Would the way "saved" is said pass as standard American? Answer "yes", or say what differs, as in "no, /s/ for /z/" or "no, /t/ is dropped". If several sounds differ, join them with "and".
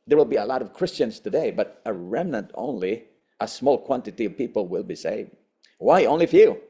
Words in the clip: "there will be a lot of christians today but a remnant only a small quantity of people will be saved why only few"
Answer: yes